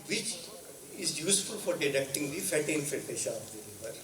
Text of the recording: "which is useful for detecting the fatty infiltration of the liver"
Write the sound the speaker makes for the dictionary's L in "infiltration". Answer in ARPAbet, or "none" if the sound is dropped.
none